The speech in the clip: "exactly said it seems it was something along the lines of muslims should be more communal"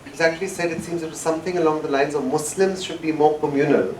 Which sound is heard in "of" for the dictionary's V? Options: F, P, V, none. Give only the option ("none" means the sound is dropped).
V